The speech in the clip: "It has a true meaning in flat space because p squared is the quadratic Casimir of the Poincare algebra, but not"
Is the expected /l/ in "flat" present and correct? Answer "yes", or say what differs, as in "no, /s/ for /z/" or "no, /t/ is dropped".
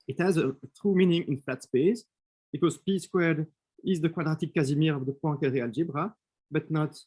no, /l/ is dropped